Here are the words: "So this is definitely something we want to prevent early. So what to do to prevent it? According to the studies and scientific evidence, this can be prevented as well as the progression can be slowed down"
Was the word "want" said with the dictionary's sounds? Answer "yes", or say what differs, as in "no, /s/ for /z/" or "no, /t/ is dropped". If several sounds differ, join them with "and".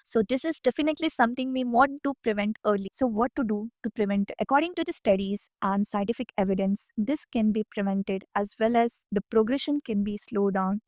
no, /n/ is dropped